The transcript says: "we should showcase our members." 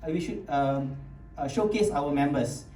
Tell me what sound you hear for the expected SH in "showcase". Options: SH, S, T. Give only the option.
SH